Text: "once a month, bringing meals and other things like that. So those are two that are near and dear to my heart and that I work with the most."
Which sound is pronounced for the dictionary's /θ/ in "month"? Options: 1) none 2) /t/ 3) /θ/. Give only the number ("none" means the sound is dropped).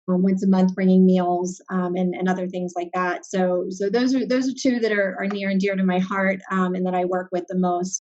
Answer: 3